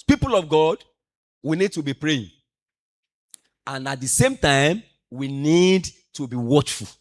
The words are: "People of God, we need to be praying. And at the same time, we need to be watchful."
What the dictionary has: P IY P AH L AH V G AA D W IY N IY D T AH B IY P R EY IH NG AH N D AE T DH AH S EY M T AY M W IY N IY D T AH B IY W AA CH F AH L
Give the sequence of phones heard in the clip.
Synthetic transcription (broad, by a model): P IY P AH L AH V G AA D W IY N IY D T AH B IY P R EY IH NG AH N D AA T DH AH S EY M T AY M W IY N IY D T AH B IY W AA CH F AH L